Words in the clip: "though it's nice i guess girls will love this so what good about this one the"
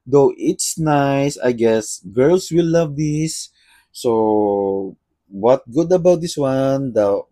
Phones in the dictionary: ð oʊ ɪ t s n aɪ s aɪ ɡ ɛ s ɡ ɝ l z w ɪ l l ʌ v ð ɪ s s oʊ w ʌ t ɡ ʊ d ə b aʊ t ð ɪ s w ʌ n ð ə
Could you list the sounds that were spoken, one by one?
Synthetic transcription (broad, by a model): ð oʊ ɪ t s n aɪ s aɪ ɡ ɛ s ɡ ɝ l s w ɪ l l ʌ v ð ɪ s s oʊ w ʌ t ɡ ʊ d ə b aʊ t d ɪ s w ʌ n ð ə